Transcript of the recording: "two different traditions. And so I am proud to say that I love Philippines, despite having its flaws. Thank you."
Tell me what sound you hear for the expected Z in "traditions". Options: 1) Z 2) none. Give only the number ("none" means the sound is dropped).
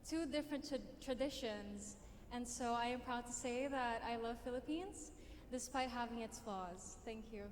1